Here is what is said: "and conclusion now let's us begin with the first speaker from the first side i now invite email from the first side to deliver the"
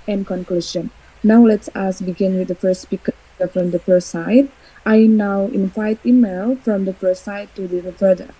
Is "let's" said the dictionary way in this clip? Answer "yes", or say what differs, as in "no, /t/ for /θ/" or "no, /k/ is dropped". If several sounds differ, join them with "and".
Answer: yes